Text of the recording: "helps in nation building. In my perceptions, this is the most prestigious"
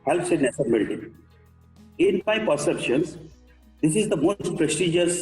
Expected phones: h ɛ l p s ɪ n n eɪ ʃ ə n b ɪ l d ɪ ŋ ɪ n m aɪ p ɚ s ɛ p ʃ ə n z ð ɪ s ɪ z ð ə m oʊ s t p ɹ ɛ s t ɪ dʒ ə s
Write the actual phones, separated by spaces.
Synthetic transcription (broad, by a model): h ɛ l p s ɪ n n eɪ s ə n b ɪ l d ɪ ɪ n m aɪ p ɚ s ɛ p ʃ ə n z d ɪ s ɪ z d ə m oʊ s t p ɹ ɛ s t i dʒ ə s